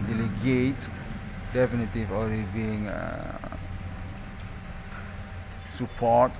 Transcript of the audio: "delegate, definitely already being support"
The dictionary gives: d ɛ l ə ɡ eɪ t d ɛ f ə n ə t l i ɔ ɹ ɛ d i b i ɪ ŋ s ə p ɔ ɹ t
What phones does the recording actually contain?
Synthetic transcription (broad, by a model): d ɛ l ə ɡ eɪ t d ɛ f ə n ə t i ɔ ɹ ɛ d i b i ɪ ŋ s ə p ɔ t